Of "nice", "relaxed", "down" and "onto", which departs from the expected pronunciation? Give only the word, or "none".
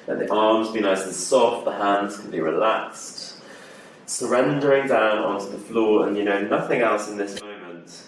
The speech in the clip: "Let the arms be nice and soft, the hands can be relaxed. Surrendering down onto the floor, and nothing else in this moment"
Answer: nice